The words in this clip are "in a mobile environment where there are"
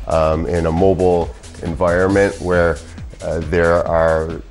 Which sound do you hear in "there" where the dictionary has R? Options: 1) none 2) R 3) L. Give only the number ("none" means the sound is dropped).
2